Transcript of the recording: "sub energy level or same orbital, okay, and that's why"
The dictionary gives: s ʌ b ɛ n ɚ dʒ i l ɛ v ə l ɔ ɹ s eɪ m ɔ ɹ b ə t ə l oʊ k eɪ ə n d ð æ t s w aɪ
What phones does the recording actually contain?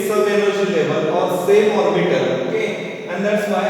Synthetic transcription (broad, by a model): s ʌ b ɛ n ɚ ʃ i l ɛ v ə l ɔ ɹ s eɪ m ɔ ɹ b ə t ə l oʊ k eɪ ə n d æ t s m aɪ